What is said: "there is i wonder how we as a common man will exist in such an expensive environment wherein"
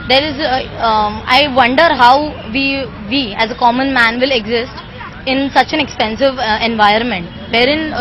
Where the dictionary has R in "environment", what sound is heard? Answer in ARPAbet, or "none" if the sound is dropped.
none